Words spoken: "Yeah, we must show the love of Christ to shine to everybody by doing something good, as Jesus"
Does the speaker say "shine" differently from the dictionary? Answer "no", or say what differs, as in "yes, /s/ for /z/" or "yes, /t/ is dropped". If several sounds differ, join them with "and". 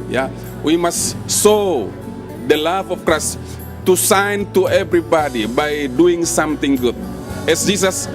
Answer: yes, /s/ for /ʃ/